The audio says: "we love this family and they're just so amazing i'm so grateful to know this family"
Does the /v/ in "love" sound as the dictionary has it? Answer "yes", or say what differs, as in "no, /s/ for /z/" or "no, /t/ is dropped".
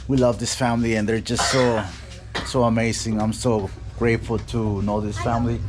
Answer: yes